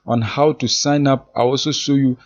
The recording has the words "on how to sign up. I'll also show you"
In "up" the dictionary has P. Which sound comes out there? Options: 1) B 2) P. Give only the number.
2